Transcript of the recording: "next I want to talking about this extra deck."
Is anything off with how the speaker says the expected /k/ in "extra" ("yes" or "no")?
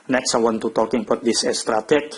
yes